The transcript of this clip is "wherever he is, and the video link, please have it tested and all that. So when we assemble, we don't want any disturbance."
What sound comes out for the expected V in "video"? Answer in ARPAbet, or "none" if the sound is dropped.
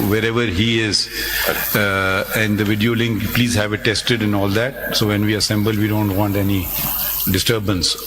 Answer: V